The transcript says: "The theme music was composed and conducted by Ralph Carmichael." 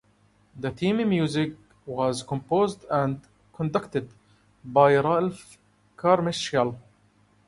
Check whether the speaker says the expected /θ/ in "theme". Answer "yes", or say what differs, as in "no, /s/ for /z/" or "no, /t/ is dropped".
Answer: no, /t/ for /θ/